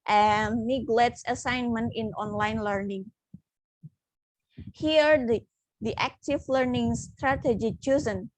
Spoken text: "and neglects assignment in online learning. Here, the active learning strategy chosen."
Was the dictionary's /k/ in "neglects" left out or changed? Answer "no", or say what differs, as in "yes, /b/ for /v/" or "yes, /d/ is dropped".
yes, /k/ is dropped